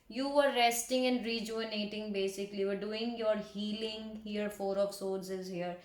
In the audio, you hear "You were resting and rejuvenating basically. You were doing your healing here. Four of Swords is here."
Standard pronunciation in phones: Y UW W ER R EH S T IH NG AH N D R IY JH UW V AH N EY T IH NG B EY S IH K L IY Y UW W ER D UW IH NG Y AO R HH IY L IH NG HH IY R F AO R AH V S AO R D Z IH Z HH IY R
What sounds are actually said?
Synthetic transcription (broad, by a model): Y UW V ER R EH S T IH NG AH N D R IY JH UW AH N EY T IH NG B EY S IH K L IY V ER D UW IH NG Y AO R HH IY L IH NG HH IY R F AO R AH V S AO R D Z IH Z HH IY R